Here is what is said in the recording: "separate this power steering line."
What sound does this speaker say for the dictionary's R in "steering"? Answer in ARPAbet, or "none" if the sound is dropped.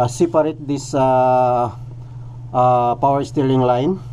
L